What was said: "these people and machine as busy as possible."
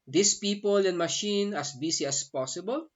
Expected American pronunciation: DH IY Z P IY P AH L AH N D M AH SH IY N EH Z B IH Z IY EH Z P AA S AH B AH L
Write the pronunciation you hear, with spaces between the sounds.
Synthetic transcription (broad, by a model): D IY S P IY P AH L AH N M AH SH IY N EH S B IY S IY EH S P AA S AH B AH L